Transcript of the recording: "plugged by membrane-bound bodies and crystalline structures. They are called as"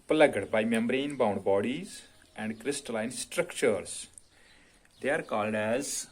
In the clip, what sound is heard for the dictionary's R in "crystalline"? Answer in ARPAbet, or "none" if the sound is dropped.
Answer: R